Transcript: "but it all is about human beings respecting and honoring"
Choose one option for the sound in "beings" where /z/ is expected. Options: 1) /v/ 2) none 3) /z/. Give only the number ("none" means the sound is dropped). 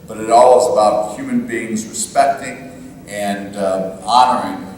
3